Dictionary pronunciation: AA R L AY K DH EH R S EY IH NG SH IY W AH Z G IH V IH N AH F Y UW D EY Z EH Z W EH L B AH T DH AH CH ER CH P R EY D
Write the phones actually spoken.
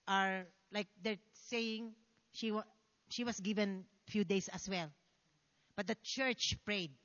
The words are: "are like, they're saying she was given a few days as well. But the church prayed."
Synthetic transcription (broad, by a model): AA R L AY K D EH R S EY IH NG SH IY W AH S G IH V IH N F Y UW D EY S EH S W EH L B AH T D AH CH ER CH P R EY D